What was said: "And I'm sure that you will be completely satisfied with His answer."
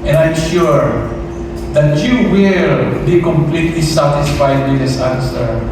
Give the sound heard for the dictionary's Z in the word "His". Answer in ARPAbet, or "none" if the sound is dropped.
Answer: S